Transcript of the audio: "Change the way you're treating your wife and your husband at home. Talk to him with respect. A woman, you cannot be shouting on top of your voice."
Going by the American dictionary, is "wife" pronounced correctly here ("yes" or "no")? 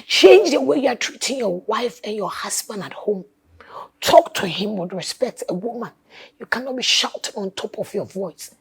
yes